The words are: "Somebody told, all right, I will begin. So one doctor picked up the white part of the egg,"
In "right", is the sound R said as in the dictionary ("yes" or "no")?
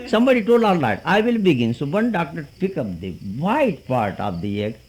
no